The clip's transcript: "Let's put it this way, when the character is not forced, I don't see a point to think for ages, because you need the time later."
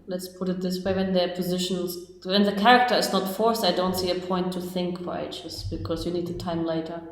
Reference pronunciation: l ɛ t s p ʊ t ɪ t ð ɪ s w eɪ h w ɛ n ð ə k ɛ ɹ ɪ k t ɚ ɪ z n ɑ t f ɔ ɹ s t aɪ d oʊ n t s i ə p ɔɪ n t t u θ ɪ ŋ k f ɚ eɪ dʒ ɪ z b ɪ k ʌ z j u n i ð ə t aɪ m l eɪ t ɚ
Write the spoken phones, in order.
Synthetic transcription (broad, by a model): l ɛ t s p ʊ t ɪ t ð ɪ s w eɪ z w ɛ n ð ə k ɛ ɹ ɪ k t ɚ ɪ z n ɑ t f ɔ ɹ s aɪ d oʊ n t s i ə p ɔɪ n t t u θ ɪ ŋ k f ɚ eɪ tʃ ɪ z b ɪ k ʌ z j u n i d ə t aɪ m l eɪ t ɚ